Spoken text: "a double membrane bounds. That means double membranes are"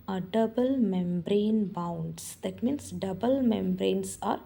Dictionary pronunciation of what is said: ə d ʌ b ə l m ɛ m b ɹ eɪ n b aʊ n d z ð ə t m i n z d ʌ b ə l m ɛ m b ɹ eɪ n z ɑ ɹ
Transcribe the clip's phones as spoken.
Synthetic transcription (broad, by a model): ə d ʌ b ə l m ɛ m b ɹ eɪ n b aʊ n d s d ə t m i n s d ʌ b ə l m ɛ m b ɹ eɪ n s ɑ ɹ